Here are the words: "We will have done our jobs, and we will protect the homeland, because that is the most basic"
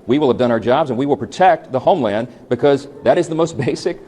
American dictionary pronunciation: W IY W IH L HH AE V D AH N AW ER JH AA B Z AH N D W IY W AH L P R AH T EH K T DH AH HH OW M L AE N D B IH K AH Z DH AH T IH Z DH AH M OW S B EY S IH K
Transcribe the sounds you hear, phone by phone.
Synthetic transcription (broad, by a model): W IY W IH L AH V D AH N AW ER JH AA B Z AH N W IY W AH L P R AH T EH K T DH AH HH OW M L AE N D B IH K AH Z DH AH T IH Z DH AH M OW S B EY S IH K